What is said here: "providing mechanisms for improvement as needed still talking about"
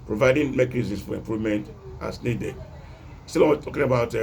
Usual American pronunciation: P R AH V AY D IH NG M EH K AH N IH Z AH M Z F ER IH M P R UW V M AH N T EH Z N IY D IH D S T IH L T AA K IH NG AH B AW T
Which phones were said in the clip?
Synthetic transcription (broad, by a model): P R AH V AY D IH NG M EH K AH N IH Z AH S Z F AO IH M P R UW V M AH N T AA S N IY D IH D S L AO W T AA K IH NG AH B AW T